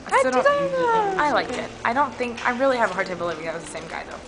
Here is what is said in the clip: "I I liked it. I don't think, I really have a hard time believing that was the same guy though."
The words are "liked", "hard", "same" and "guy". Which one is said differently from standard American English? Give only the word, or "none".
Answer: liked